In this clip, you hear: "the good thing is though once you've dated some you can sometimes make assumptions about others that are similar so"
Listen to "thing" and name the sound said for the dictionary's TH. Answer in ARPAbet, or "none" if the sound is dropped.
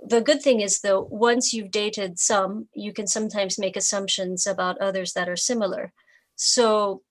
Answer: TH